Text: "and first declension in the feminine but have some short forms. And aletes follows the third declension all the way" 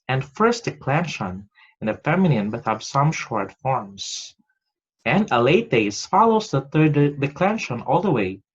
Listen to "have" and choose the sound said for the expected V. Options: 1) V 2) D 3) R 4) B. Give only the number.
4